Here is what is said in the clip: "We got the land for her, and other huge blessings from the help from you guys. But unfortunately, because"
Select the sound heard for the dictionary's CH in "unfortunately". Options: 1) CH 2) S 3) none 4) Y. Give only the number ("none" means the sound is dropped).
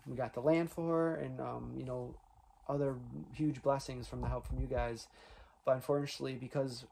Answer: 3